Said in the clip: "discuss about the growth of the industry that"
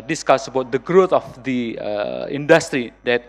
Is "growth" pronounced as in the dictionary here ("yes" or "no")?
no